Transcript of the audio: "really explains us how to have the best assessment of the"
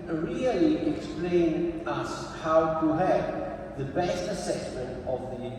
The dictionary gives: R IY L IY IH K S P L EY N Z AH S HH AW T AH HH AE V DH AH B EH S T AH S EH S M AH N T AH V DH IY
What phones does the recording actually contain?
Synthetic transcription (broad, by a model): R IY L IY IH K S P L EY N AH S HH AW T AH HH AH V DH AH B EH S T AH S EH S M AH N T AH V DH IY